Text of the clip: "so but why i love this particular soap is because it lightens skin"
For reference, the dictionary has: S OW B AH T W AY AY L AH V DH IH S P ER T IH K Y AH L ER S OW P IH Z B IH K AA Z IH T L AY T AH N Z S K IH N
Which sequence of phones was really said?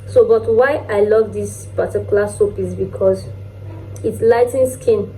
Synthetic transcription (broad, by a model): S OW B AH T W AY AY L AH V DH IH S P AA T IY K Y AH L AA S OW P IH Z B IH K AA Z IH T L AY T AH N S K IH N